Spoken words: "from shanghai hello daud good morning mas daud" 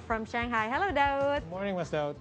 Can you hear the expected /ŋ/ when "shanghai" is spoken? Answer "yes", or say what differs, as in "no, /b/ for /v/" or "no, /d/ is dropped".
yes